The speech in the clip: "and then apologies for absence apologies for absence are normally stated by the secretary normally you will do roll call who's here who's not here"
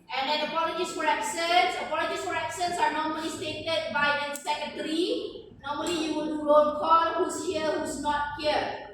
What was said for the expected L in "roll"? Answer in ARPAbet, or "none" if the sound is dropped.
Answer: N